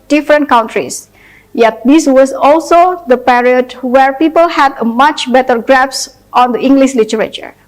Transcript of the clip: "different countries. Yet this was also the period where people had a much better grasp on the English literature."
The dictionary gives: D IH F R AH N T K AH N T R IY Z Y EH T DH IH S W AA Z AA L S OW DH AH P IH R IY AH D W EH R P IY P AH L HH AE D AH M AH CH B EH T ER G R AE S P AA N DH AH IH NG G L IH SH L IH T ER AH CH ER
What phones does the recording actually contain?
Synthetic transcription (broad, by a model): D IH F R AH N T K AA N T R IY S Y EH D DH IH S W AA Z AA L S OW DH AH P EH R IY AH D W EH R P IY P AH L HH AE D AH M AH CH B EH T ER G R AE S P AA N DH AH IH NG G L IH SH L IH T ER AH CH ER